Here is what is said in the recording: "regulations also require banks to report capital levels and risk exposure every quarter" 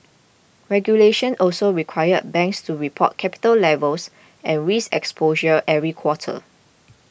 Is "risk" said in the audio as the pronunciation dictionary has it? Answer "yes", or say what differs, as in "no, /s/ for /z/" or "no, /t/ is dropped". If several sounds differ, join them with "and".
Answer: no, /k/ is dropped